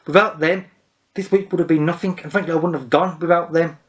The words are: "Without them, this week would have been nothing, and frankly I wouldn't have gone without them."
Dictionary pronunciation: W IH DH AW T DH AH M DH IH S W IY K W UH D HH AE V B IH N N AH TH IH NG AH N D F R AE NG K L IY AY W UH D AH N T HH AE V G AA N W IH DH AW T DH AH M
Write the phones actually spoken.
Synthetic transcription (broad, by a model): W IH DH AW T DH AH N DH IH S W IY K W UH D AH V B IH N N AH TH IH NG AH N F R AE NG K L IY AY W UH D N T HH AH V G AA N W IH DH AW T DH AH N